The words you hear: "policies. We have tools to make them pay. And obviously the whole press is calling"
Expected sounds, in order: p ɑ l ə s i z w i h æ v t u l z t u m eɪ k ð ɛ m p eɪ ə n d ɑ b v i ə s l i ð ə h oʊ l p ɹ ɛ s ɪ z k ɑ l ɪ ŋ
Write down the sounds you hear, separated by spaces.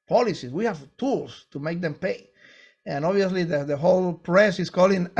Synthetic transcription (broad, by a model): p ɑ l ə s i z w i h æ v t u l s t u m eɪ k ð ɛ m p eɪ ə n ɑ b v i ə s l i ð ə h oʊ l p ɹ ɛ s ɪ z k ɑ l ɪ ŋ